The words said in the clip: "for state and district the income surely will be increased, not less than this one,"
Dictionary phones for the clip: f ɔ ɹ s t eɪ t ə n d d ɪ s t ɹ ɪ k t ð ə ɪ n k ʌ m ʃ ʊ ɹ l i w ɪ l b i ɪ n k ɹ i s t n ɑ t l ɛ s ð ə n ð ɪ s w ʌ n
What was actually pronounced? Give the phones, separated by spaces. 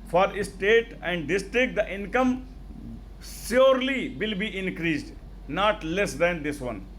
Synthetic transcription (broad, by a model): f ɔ ɹ s t eɪ t ə n d d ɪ s t ɹ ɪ k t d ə ɪ n k ʌ m s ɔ ɹ l i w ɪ l b i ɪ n k ɹ i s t n ɑ t l ɛ s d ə n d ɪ s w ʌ n